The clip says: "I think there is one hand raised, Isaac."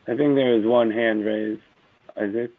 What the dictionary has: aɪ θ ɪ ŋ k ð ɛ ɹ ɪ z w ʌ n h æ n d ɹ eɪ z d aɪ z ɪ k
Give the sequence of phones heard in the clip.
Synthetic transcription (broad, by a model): aɪ θ ɪ ŋ k ð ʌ ɹ ɪ z w ʌ n h æ n d ɹ eɪ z aɪ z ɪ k